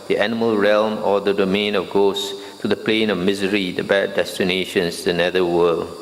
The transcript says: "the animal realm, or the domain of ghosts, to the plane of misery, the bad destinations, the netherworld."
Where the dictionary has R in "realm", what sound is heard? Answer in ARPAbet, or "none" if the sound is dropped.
R